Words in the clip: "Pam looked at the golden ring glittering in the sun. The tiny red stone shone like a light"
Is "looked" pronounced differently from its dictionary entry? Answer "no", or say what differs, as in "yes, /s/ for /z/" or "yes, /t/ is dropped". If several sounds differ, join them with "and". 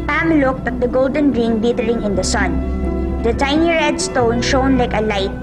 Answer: no